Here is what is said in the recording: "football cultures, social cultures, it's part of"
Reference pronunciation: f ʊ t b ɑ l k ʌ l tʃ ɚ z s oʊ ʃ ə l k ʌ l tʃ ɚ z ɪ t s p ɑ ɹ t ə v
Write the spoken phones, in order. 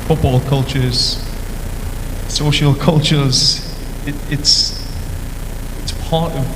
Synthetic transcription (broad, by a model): f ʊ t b ɑ l k ʌ l tʃ ɚ z s oʊ ʃ ə l k ʌ l tʃ ɚ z ɪ t s p ɑ ɹ t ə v